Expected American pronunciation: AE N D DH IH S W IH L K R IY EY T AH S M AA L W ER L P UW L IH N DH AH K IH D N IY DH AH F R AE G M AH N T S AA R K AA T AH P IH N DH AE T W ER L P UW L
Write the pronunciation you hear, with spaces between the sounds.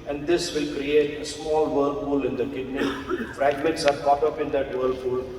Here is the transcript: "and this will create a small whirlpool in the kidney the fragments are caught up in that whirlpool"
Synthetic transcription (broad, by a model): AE N D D IH S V IH L K R IY EY T AH S M AA L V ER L F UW L IH N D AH K IH D N IY F R AE G M AH N T S AA R K AA T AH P IH N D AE T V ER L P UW L